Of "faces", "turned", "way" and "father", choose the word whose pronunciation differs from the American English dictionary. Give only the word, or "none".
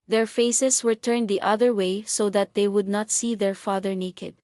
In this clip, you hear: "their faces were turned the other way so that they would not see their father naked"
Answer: faces